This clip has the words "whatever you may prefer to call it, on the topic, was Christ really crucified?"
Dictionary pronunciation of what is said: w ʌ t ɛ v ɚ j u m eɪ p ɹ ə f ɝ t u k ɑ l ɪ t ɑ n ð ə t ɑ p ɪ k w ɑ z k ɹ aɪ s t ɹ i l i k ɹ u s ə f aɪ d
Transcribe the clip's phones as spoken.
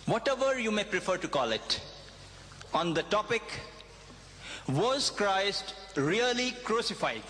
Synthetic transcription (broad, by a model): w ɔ t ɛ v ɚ j u m eɪ p ɹ ə f ɝ t u k ɑ l ɪ t ɑ n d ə t ɑ p ɪ k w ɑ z k ɹ aɪ s t ɹ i l i k ɹ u s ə f aɪ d